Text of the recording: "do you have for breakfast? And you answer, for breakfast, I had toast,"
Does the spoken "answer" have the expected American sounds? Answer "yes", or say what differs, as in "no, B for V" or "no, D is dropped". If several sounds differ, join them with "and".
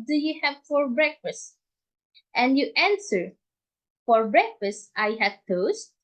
yes